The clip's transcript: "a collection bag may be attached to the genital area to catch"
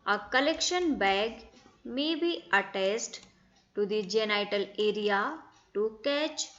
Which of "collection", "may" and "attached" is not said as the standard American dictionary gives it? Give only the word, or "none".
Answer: attached